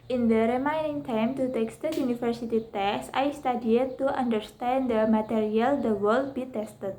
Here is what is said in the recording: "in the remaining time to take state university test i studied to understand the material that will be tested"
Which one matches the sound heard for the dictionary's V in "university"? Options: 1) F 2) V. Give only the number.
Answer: 1